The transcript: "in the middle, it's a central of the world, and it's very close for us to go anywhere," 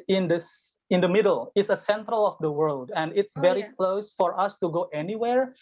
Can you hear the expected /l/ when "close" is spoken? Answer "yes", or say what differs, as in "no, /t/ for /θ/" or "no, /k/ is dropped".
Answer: yes